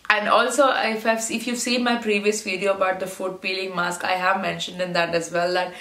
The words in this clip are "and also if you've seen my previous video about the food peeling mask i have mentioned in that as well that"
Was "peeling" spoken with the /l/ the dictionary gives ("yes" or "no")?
yes